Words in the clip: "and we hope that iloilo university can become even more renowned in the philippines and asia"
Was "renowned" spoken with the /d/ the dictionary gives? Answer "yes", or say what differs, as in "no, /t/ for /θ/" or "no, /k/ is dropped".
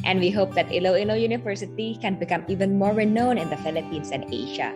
no, /d/ is dropped